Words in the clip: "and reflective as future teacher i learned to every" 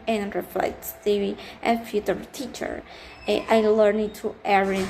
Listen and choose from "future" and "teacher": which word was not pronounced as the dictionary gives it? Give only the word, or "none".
none